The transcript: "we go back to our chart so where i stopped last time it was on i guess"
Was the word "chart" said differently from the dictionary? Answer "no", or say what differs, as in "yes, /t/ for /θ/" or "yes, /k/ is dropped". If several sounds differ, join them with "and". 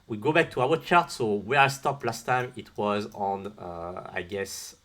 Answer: no